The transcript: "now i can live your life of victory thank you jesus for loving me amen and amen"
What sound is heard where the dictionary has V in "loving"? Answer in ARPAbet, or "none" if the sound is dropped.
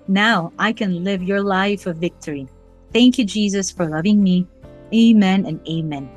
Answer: V